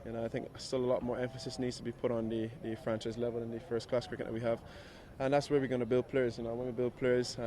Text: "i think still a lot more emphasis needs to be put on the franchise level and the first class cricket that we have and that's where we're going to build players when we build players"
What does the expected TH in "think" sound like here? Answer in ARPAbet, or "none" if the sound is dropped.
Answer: TH